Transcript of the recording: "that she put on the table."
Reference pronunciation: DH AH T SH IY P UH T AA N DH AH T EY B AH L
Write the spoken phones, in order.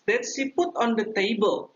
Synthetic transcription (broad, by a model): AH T S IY P UH T AA N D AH T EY B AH L